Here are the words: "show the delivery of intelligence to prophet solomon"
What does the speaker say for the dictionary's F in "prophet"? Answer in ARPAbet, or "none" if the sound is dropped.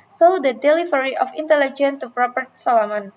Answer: P